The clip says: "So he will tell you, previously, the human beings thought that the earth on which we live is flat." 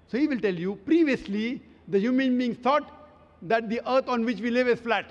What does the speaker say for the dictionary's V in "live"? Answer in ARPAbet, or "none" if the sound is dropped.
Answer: V